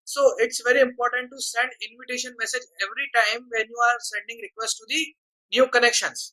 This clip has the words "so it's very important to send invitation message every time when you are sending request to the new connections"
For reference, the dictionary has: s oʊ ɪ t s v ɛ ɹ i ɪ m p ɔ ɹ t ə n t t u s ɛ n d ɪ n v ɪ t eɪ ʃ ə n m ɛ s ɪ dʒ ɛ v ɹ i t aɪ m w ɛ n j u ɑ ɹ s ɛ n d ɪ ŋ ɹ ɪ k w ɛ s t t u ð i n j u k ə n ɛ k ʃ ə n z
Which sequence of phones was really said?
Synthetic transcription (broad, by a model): s oʊ ɪ t s v ɛ ɹ i ɪ m p ɔ ɹ t ə n t t u s ɛ n d ɪ n v ɪ t eɪ ʃ ə n m ɛ s ɪ dʒ ɛ v ɹ i t aɪ m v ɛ n j u ɑ ɹ s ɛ n d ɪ ŋ ɹ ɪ k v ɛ s t t u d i n j u k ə n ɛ k ʃ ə n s